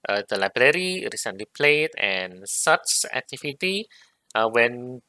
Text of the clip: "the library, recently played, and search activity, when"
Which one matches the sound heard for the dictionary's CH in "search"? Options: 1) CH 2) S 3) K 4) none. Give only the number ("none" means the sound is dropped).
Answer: 2